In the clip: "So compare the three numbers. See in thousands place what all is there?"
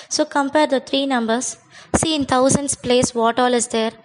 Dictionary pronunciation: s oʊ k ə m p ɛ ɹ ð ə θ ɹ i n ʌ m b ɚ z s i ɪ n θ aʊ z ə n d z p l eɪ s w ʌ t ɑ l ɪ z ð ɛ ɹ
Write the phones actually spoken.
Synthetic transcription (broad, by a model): s oʊ k ə m p ɛ ɹ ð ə t ɹ i n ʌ m b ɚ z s i ɪ n t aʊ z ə n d s p l eɪ s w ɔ t ɑ l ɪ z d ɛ ɹ